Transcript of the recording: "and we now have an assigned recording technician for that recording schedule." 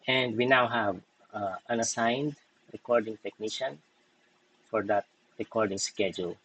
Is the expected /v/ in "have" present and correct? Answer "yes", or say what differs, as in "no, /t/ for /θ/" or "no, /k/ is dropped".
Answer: yes